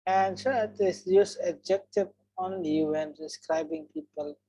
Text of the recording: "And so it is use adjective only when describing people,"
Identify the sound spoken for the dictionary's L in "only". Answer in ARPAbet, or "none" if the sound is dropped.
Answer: none